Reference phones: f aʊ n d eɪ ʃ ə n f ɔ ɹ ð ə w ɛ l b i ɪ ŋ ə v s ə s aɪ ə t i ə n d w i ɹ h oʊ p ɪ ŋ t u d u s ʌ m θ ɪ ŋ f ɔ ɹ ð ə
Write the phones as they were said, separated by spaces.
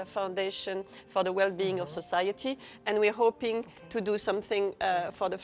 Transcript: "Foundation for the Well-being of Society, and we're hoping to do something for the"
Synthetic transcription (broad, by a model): f aʊ n d eɪ ʃ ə n f ɔ ɹ ð ə w ɛ l b i ɪ ŋ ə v s ə s aɪ ə t i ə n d w i ɹ h oʊ p ɪ ŋ t u d u s ʌ m θ ɪ ŋ f ɔ ɹ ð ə